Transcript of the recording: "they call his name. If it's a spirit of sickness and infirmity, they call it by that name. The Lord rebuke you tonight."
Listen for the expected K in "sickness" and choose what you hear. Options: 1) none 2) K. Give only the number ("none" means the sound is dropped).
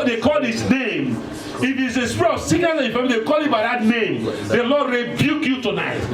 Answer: 1